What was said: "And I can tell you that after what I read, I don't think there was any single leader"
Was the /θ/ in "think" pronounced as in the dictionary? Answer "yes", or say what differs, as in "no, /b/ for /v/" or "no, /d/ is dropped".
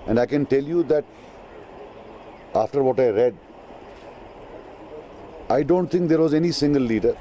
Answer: no, /t/ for /θ/